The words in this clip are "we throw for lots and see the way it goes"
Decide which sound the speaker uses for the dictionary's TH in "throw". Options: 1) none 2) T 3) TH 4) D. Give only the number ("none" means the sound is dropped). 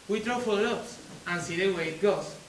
2